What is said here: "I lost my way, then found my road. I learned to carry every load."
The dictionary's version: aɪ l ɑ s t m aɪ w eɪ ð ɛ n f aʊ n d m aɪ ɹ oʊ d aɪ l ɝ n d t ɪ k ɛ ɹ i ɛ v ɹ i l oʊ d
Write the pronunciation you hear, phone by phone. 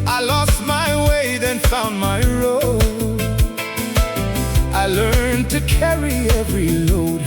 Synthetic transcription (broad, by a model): aɪ l ɑ s t m aɪ w eɪ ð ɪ n f aʊ n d m aɪ ɹ oʊ aɪ l ɝ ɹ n t ɪ k ɛ ɹ i ɛ v ɹ i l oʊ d